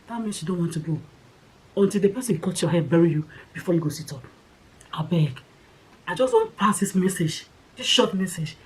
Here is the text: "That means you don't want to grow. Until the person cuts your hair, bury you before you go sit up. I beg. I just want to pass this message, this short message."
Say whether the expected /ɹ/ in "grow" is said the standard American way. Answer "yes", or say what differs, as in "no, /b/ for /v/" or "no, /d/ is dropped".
no, /ɹ/ is dropped